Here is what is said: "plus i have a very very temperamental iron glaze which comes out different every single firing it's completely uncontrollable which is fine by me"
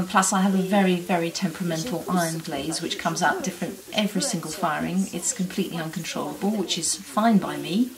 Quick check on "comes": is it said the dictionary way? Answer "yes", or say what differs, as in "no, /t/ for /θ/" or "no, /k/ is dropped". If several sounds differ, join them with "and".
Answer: yes